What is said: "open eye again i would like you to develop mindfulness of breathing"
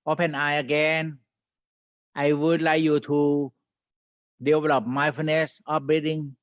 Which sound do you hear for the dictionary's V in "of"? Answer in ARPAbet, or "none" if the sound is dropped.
P